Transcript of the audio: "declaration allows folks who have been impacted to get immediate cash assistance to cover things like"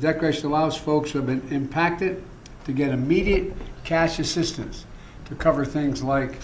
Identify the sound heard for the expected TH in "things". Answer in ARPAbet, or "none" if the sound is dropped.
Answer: TH